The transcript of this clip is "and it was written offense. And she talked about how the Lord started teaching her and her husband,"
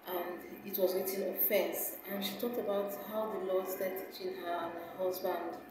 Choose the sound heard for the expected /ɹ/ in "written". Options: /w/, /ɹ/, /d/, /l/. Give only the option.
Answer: /w/